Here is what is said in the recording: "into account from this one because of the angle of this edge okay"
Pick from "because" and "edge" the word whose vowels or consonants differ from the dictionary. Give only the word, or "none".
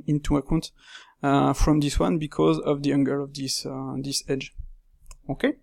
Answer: none